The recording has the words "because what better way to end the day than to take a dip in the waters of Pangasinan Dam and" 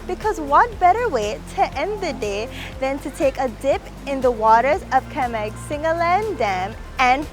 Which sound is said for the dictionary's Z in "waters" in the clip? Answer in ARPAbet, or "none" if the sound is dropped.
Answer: Z